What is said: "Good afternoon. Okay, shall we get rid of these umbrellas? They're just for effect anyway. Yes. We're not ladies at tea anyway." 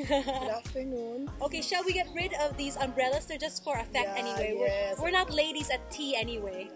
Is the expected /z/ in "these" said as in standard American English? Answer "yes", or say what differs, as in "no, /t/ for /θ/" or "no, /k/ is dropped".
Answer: yes